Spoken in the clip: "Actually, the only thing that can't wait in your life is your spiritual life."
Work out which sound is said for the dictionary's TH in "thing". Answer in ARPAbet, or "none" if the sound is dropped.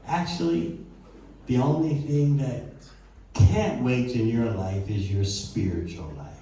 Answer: TH